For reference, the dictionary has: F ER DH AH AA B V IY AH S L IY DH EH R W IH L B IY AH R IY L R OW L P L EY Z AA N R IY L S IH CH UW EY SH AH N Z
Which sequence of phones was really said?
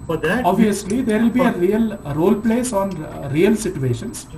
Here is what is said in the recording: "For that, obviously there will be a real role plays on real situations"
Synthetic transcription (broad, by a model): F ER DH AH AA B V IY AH S L IY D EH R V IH L B IY AH R IY L R OW L P L EY S AA N R IY L S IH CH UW EY SH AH N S